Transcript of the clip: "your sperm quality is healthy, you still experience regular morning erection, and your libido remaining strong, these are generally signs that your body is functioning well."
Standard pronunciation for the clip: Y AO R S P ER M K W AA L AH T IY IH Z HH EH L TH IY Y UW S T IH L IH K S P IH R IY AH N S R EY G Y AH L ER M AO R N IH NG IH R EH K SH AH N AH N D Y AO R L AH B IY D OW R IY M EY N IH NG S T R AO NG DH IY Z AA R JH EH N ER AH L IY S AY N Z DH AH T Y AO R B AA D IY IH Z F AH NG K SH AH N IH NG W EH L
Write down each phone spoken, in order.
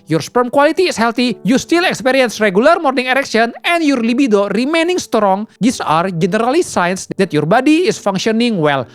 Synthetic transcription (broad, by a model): Y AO R S P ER M K W AA L AH T IY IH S HH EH L T IY Y UW S T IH L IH K S P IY R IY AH N S R EY G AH L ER M AO R N IH NG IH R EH K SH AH N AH N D Y AO R L AH B IY D OW R IY M EY N IH NG S T R AO NG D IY S AA R JH EH N ER AH L IY S AY N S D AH T Y AO R B AA D IY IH S F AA NG K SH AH N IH NG W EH L